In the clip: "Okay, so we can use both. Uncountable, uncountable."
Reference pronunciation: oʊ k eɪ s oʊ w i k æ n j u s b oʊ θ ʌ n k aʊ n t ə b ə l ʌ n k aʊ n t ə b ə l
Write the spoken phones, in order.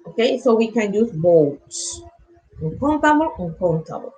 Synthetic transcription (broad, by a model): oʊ k eɪ s oʊ w i k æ n j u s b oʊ t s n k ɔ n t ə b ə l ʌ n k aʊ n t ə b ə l